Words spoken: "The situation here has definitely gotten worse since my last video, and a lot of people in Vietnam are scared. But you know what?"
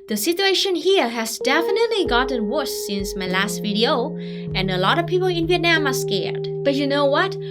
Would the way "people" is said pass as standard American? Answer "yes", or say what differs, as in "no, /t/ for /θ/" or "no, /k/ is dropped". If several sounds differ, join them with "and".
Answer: yes